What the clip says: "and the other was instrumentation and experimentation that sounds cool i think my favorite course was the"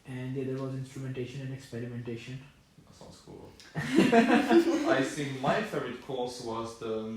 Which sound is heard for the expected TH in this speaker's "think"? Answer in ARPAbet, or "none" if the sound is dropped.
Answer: S